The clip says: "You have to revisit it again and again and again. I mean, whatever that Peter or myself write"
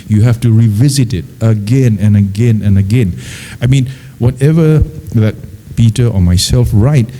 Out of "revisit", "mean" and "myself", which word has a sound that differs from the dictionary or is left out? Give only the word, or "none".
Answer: none